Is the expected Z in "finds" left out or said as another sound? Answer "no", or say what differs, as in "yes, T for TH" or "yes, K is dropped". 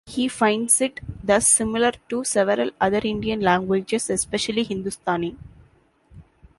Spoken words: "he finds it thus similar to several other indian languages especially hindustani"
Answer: yes, S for Z